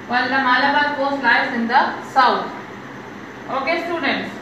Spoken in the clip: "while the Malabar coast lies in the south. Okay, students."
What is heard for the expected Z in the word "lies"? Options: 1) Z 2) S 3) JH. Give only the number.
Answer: 2